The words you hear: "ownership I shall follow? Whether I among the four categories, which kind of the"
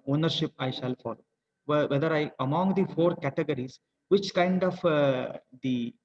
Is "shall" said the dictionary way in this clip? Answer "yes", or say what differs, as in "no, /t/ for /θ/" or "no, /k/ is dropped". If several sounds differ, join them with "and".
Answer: yes